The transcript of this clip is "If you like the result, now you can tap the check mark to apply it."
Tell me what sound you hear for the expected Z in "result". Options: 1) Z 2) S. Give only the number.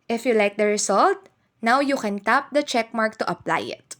2